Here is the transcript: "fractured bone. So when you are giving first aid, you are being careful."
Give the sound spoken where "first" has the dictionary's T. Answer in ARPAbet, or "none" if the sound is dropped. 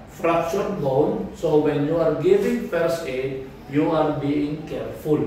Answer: none